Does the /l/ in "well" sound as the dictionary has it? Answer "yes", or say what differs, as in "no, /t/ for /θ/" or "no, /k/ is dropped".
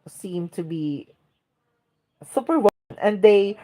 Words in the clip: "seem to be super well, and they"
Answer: no, /n/ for /l/